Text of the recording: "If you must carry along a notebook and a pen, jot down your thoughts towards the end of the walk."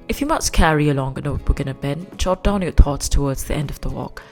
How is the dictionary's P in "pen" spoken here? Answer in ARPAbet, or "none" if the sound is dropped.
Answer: B